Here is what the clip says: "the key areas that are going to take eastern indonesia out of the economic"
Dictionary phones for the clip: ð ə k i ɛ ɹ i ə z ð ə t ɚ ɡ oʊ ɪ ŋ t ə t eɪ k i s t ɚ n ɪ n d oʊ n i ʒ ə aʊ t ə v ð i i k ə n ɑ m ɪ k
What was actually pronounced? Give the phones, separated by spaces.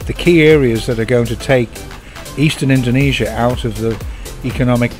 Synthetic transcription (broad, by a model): ð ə k i ɛ ɹ i ə z ð ə t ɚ ɡ oʊ ɪ ŋ t ə t eɪ k i s t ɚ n ɪ n d oʊ n i ʒ ə aʊ t ə v ð i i k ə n ɑ m ɪ k